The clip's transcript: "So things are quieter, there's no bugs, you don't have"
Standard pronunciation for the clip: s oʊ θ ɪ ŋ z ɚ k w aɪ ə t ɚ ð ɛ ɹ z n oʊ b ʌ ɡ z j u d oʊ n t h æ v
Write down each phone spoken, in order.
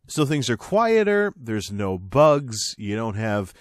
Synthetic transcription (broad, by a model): s oʊ θ ɪ ŋ z ɚ k w aɪ ə t ɚ ð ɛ ɹ z n oʊ b ʌ ɡ z j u d oʊ n t h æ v